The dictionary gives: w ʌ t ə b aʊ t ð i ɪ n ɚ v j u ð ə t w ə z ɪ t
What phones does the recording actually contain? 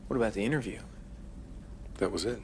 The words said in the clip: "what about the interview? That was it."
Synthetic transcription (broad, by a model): w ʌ t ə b aʊ t ð i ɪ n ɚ v j u ð ə t w ə z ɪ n